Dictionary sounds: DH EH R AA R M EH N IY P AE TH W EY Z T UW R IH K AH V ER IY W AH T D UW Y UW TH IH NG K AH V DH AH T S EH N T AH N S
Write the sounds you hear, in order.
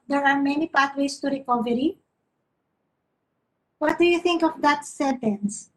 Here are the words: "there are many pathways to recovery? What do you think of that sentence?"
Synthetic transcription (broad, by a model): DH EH R AA R M EH N IY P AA T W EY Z T UW R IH K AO V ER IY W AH T D UW Y UW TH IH NG K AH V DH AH T S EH N T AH N S